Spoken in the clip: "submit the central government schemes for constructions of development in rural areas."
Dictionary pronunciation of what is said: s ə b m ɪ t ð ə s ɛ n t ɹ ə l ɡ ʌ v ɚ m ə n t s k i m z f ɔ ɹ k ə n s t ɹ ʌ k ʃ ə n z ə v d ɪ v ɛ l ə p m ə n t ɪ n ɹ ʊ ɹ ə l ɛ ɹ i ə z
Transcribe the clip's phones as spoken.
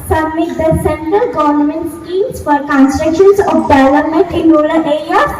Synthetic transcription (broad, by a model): s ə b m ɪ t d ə s ɛ n t ɹ ə l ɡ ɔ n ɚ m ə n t s k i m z f ɔ ɹ k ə n s t ɹ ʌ k ʃ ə n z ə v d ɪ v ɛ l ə m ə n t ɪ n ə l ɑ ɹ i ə